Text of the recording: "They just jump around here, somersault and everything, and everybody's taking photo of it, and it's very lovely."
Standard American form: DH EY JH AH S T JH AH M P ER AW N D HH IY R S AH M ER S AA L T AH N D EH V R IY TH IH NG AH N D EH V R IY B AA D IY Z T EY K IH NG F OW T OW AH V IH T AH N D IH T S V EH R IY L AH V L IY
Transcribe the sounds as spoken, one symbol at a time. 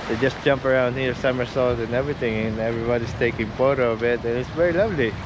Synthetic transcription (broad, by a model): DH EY JH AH S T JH AH M P ER AW N D HH IY R S AH M ER S AA L T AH N EH V R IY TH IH NG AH N EH V R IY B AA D IY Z T EY K IH NG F OW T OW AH B IH T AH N IH T S V EH R IY L AH V L IY